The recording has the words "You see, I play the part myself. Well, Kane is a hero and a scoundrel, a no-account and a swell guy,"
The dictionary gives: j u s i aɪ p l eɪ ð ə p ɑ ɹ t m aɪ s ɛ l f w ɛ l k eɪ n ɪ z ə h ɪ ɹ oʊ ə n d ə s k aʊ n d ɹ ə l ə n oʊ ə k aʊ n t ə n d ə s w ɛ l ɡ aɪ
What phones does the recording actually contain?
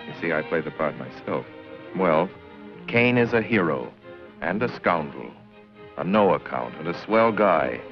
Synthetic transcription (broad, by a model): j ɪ s i aɪ p l eɪ ð ə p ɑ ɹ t m aɪ s ɛ l f w ɛ l k eɪ n ɪ z ə h ɪ ɹ oʊ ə n ə s k aʊ n d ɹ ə l ə n oʊ ə k aʊ n t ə n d ə s w ɛ l ɡ aɪ